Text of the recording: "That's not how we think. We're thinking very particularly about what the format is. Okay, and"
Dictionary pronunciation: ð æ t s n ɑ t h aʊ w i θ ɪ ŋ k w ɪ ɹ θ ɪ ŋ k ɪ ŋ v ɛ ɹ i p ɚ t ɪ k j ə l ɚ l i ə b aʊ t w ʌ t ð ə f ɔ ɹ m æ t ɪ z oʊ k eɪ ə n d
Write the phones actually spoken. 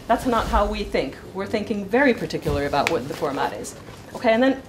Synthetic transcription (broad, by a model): ð æ t s n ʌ t h aʊ w i θ ɪ ŋ k w ɪ ɹ θ ɪ ŋ k ɪ ŋ v ɛ ɹ i p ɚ t ɪ k j l ɚ i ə b aʊ t w ʌ t ð ə f ɔ ɹ m æ t ɪ z oʊ k eɪ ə n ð